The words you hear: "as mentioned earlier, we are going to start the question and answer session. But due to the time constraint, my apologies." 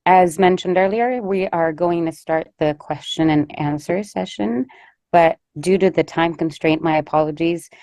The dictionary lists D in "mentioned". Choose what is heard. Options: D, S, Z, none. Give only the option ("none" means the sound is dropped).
D